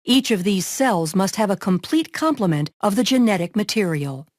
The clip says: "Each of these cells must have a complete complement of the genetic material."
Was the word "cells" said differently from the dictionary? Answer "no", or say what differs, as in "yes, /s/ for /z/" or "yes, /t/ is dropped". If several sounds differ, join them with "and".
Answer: no